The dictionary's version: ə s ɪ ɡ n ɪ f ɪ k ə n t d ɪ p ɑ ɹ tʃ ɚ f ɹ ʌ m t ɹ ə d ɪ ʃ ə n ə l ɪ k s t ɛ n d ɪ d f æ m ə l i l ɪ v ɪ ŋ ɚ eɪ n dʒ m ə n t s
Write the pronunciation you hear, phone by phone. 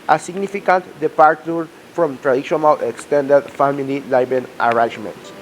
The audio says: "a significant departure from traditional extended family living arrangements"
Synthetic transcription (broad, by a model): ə s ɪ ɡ n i f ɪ k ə n t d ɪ p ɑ ɹ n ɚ f ɹ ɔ m t ɹ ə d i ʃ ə n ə l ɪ k s t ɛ n d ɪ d f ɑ m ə l i l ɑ b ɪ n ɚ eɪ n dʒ m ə n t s